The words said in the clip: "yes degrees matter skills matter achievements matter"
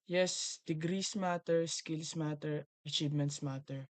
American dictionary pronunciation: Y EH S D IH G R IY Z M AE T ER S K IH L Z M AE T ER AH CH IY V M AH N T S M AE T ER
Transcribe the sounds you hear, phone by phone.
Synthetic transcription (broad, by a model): Y EH S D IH G R IY S M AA T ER S K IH L S M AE T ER AH CH IY V M AH N T S M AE T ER